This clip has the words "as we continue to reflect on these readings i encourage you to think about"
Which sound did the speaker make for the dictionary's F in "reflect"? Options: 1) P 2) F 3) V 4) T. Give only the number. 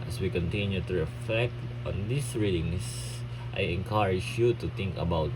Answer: 2